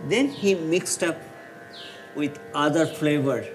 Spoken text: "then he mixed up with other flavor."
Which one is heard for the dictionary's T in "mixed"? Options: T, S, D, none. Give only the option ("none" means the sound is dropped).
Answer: T